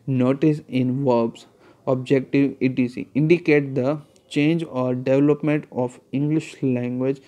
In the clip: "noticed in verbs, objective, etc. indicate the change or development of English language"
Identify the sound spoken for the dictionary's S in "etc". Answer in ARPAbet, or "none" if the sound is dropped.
none